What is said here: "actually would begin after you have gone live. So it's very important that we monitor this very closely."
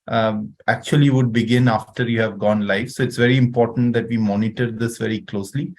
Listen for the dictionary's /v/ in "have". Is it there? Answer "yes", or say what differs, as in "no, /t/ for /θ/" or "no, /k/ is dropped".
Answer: yes